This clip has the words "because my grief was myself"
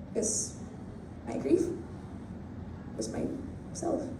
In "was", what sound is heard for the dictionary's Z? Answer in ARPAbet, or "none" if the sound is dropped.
S